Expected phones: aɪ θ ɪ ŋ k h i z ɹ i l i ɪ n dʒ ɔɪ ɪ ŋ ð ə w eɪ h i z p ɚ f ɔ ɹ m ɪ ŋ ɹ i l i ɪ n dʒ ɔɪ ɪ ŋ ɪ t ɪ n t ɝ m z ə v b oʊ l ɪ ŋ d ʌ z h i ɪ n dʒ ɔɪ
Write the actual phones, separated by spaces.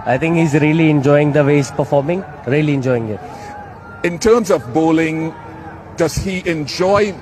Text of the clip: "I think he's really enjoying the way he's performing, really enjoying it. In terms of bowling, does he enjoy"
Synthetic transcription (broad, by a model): aɪ t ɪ ŋ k h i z ɹ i l i ɪ n dʒ ɔɪ ɪ ŋ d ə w eɪ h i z p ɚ f ɔ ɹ m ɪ ŋ ɹ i l i ɪ n dʒ ɔɪ ɪ ŋ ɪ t ɪ n t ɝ m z ə v b oʊ l ɪ ŋ d ʌ z h i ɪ n dʒ ɔɪ